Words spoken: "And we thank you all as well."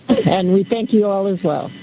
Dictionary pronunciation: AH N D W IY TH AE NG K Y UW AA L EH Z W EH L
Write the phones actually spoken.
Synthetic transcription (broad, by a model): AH N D W IY TH AE NG K Y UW AA L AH Z W EH L